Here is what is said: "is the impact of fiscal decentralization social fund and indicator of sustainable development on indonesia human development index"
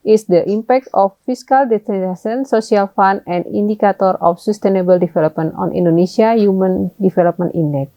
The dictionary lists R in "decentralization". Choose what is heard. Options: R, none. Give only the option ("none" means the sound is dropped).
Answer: none